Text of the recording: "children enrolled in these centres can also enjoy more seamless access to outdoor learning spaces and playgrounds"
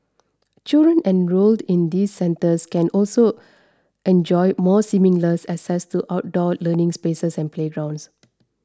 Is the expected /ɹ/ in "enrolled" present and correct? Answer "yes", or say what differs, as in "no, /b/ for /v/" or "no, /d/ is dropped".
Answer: yes